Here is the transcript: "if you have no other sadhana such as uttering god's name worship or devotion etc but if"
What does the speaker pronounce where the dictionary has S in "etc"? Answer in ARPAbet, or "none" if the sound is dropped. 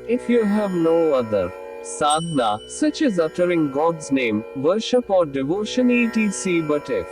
none